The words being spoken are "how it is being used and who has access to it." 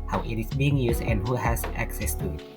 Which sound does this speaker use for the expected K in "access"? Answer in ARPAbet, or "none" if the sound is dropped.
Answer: K